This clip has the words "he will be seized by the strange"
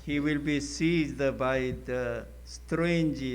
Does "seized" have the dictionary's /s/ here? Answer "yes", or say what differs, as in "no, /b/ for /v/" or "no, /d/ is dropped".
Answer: yes